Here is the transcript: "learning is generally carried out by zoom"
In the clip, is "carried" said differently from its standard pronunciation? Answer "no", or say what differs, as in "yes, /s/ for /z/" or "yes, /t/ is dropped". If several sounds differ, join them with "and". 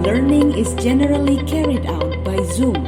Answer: no